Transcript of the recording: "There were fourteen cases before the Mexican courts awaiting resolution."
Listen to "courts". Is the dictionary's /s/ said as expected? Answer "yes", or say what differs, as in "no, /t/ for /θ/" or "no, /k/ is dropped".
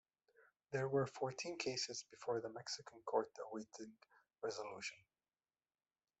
no, /s/ is dropped